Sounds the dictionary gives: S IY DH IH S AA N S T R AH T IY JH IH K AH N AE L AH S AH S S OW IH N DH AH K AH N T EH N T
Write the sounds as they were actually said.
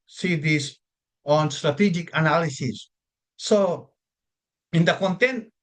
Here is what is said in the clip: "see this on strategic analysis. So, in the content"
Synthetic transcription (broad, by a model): S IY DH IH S AA N S T R AH T IY JH IH K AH N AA L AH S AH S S OW IH N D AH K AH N T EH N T